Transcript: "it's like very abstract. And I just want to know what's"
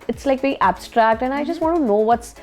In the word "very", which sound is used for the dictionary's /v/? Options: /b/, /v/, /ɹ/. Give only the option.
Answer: /b/